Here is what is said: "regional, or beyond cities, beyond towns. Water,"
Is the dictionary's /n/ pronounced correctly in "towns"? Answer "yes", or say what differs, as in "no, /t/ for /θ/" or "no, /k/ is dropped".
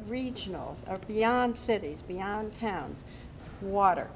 yes